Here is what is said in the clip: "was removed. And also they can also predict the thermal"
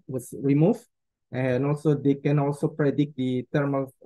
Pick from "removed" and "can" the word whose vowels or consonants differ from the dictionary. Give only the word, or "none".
removed